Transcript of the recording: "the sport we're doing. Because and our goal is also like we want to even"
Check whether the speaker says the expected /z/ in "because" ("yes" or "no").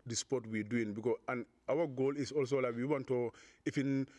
no